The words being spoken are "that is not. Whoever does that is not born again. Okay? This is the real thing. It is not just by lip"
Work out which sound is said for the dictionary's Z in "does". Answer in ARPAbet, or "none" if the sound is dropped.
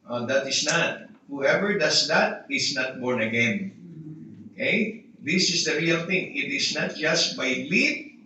S